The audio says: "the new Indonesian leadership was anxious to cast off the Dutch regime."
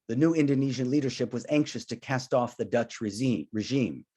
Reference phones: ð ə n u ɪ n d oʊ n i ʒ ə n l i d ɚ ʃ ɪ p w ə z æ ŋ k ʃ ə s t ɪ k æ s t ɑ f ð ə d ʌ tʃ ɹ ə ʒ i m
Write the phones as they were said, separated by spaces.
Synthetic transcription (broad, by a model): ð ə n u ɪ n d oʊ n i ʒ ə n l i d ɚ ʃ ɪ p w ə z æ ŋ k ʃ ə s t ɪ k æ s t ɑ f ð ə d ʌ tʃ ɹ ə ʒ i m